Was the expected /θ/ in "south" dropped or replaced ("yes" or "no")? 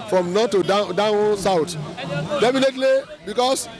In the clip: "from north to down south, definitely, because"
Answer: yes